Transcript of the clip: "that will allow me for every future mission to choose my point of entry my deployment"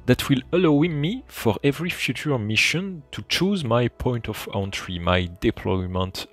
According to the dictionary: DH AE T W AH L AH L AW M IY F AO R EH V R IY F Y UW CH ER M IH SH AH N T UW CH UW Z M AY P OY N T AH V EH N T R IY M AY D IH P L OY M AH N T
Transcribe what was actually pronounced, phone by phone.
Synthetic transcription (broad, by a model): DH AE T W AH L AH L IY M IY F AO R EH V R IY F Y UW CH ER M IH SH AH N T UW CH UW Z M AY P OY N T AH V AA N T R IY M AY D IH P L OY M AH N T